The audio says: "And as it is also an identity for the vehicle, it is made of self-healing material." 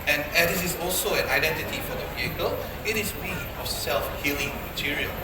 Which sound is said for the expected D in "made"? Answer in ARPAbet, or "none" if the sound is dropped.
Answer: none